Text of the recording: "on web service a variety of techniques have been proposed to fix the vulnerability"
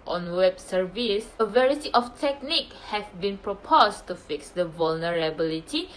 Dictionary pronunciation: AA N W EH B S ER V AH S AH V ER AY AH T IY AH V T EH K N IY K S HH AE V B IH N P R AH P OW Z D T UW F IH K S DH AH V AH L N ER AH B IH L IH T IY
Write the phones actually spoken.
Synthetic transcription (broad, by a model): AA N W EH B S ER V AH S AH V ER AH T IY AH F T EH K N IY K HH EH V B IH N P R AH P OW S T UW F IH K S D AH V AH L N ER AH B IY L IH T IY